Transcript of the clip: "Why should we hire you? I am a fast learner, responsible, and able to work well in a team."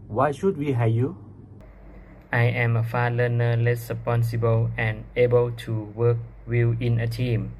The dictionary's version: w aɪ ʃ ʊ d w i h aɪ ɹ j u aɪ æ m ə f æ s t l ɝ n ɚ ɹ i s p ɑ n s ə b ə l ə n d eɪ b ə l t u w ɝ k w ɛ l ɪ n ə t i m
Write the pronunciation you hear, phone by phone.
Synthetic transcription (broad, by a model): w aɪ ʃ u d w i h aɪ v j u aɪ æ m ə f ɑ l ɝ n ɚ l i s p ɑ n s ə b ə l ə n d eɪ b ə l t u w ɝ k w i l ɪ n ə t i m